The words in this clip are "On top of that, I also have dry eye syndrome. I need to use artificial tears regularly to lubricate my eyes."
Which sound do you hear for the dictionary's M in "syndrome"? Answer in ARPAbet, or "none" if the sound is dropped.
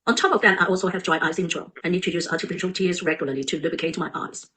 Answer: none